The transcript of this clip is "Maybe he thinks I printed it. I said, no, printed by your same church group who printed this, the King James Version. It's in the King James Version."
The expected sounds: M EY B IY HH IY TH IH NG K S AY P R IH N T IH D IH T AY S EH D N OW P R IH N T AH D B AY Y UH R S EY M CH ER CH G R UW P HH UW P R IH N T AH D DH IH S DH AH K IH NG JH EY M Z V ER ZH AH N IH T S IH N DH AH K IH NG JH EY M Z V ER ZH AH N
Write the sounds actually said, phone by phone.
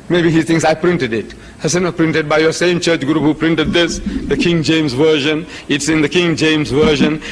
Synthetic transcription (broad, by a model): M EY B IY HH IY T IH NG S AY P R IH N T IH D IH T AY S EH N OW P R IH N T AH D B AY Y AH S EY M CH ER CH G R UW P HH UW P R IH N T AH D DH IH S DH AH K IH NG JH EY M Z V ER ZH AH N IH T S IH N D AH K IH NG JH EY M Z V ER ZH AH N